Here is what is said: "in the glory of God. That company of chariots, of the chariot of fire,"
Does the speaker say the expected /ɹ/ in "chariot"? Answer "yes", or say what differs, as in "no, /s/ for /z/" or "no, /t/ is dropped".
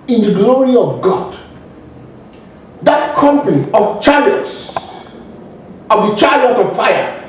no, /l/ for /ɹ/